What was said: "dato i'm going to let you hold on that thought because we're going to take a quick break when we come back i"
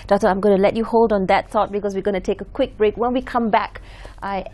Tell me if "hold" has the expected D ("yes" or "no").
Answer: yes